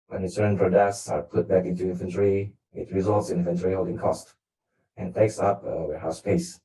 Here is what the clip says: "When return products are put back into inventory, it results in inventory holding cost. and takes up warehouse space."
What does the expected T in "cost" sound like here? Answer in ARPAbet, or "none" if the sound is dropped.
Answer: T